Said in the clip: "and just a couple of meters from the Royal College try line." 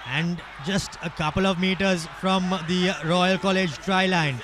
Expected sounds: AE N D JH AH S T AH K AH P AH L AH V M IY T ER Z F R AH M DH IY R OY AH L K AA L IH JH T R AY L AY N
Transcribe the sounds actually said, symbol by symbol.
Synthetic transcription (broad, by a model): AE N D JH AH S T AH K AH P AH L AH V M IY T ER Z F R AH M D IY R OY AH L K AA L IH JH T R AY L AY N